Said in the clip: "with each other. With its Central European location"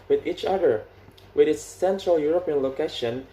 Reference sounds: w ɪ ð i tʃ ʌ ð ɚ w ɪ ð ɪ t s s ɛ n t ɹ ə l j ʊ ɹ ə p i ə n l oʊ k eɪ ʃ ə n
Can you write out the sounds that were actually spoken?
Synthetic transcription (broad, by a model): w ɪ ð i tʃ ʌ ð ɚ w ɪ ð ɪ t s s ɛ n t ɹ ə l j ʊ ɹ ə p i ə n l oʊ k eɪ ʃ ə n